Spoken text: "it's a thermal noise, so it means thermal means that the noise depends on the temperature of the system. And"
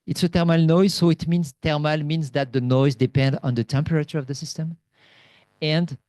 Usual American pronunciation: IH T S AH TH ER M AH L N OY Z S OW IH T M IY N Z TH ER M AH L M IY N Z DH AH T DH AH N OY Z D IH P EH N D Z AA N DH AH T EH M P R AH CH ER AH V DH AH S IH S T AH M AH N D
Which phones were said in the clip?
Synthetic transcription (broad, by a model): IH T S AH T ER M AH L N OY Z S OW IH T M IY N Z T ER M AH L M IY N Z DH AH T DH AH N OY Z D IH P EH N D AA N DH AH T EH M P R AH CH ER AH V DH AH S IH S T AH M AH N D